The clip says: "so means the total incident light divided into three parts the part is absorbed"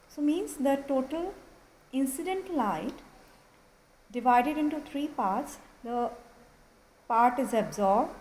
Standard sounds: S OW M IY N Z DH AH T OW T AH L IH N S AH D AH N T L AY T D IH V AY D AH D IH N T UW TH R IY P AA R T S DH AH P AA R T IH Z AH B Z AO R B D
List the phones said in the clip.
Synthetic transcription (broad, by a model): S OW M IY N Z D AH T OW T AH L IH N S AH D AH N T L AY T D IH V AY D AH D IH N T UW T R IY P AA R T S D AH P AA R T IH Z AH B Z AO R B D